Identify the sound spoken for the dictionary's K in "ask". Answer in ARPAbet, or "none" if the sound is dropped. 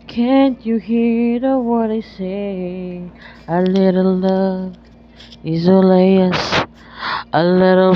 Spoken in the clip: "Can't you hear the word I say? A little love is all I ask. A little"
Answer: none